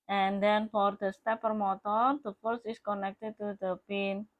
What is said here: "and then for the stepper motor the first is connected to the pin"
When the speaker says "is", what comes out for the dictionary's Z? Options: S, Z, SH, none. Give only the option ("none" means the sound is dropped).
S